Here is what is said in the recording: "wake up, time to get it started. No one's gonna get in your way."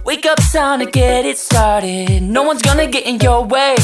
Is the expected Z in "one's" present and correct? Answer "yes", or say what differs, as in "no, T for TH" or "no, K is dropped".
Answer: yes